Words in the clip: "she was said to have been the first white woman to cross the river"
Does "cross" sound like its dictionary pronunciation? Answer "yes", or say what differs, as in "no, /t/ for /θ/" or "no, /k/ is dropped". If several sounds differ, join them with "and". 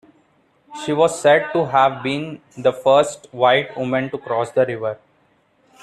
yes